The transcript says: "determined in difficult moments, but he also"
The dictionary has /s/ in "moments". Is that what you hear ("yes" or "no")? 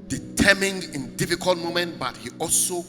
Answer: no